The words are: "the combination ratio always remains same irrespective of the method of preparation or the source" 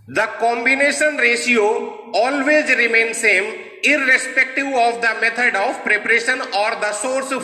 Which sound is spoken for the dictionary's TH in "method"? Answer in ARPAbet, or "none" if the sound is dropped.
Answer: T